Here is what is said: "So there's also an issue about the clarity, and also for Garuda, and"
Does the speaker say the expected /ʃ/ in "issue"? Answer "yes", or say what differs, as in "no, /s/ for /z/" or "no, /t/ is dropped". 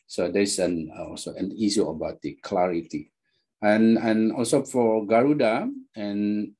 no, /s/ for /ʃ/